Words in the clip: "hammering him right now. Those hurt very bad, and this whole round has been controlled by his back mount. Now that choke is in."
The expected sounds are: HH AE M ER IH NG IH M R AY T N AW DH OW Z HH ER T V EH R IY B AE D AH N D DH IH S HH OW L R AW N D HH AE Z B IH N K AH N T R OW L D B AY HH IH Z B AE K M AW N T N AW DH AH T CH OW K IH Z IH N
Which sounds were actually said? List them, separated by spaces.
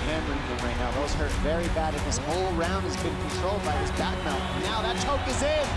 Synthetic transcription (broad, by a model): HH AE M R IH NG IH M R AY T N AW DH OW Z HH ER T V EH R IY B AE D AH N DH IH S HH OW L R AW N D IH Z B IH N K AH N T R OW L D B AY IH Z B AE K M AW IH N AW DH AH T CH OW K IH Z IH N